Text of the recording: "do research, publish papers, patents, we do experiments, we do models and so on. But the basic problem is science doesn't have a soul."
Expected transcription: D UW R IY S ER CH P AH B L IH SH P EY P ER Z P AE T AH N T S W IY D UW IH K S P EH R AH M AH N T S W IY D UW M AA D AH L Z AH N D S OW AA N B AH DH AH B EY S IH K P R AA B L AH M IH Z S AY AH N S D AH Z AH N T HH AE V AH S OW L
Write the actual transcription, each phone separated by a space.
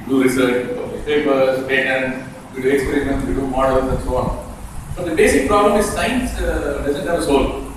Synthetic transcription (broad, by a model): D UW R IY S ER CH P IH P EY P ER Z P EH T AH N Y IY D UW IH K S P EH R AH AH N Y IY D UW M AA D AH L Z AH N S OW AA N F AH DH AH B EY S IH K P R AA B L AH M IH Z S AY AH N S D AH Z AH N T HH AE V AH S OW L